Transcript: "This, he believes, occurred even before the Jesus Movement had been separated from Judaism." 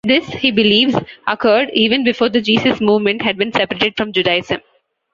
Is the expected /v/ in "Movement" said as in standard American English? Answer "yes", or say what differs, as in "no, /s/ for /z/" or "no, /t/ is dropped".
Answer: yes